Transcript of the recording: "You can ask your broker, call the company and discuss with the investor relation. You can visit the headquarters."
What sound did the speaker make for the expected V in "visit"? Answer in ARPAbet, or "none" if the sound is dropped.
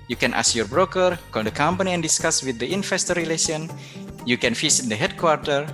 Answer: F